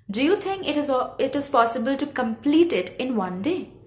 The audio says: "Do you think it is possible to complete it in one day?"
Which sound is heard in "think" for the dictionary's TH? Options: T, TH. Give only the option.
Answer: T